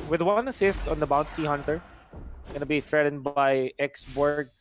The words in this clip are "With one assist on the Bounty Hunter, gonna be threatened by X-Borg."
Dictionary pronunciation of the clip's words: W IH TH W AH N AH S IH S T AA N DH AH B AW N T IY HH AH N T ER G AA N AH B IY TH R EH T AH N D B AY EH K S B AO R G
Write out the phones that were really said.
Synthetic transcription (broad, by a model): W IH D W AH N AH S IH S T AA N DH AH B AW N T IY HH AH N T ER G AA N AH B IY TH R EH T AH N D B AY EH K S B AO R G